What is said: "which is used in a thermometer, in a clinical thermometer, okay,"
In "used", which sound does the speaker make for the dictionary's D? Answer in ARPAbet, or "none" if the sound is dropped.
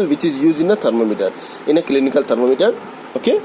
none